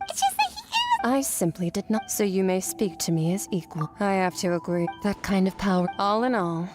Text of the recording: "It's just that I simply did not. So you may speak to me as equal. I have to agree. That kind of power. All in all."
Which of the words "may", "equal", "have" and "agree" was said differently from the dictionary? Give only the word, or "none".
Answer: have